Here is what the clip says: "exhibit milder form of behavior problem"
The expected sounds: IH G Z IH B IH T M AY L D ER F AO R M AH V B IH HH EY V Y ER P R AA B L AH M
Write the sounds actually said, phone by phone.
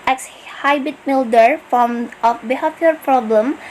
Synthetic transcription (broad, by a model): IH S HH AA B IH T M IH L D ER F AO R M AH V B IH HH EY P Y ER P R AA B L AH M